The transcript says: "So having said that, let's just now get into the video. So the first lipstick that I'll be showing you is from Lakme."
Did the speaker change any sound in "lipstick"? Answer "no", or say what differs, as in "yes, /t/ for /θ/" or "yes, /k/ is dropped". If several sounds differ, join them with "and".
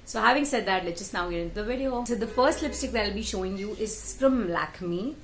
no